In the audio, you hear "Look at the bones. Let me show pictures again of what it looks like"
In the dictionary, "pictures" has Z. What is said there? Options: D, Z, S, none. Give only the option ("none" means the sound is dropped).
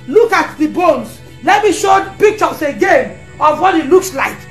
S